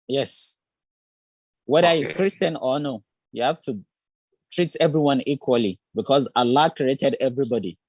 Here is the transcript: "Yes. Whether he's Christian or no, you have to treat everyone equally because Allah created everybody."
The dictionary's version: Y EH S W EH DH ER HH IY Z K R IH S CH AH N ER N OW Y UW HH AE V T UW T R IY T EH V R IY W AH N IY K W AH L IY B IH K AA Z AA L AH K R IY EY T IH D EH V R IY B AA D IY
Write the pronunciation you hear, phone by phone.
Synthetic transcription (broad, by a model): Y EH S W EH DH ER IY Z K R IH S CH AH N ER N OW Y UW HH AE F T UW T R IY T EH V R IY W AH N IY K W AH L IY B IH K AA Z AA L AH K R IY EY T IH D EH V R IY B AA D IY